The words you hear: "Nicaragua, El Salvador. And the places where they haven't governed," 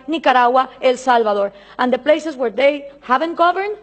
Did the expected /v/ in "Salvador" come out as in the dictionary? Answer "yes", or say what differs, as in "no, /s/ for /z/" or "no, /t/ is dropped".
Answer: no, /b/ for /v/